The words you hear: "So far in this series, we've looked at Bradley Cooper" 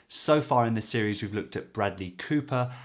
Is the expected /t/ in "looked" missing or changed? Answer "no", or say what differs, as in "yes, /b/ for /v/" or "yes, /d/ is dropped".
no